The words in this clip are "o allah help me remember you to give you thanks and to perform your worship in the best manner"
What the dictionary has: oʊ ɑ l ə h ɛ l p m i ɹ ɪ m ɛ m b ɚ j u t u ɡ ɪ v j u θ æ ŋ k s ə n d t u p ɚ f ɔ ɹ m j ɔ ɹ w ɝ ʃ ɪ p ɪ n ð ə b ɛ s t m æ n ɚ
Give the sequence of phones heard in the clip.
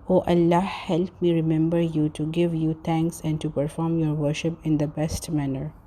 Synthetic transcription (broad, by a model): oʊ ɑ l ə h ɛ l p m i ɹ ɪ m ɛ m b ɚ j u t u ɡ ɪ v j u t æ ŋ k s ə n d t u p ɚ f ɔ ɹ m j ɔ ɹ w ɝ ʃ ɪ p ɪ n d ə b ɛ s t m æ n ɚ